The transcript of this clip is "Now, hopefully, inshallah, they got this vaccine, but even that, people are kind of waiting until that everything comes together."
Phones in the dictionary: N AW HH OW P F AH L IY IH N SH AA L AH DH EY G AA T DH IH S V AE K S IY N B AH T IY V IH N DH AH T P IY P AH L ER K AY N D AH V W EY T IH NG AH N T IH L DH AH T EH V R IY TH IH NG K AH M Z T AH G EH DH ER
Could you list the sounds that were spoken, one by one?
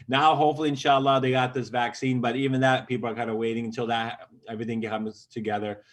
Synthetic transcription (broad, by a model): N AW HH OW P F L IY IH N SH AA L AH DH EY G AA T DH IH S V AE K S IY N B AH T IY V IH N DH AH T P IY P L ER K AY N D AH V W EY T IH NG AH N T IH L DH AH T EH V R IY TH IH NG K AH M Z T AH G EH DH ER